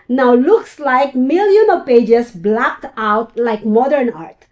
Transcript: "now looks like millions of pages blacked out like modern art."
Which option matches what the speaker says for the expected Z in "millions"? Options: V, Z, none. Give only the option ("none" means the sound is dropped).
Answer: none